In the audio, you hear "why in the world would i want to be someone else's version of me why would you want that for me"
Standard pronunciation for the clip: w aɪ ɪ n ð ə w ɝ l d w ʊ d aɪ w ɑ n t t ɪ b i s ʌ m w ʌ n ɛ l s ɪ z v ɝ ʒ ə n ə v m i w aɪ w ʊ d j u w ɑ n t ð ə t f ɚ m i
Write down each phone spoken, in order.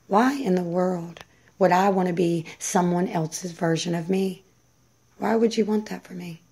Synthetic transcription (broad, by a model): w aɪ ɪ n ð ə w ɝ l d w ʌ d aɪ w ɑ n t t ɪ b i s ʌ m w ʌ n ɛ l s ɪ z v ɝ ʒ ə n ə v m i w aɪ w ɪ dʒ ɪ w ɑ n ð ə t f ɚ m i